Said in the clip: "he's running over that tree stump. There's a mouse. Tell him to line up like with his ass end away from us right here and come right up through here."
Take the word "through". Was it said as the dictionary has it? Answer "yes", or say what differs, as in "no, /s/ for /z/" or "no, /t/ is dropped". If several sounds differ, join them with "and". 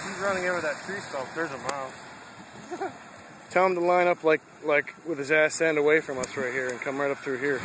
yes